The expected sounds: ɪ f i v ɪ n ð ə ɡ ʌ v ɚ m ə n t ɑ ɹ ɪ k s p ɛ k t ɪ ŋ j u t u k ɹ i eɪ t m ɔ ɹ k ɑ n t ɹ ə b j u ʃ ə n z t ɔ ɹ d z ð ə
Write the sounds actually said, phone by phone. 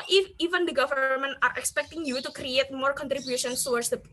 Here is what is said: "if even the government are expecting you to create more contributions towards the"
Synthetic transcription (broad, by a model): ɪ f i v ɪ n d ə ɡ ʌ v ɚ m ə n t ɑ ɹ ɪ k s p ɛ k t ɪ ŋ j u t u k ɹ i eɪ t m ɔ ɹ k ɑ n t ɹ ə b j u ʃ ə n s t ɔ w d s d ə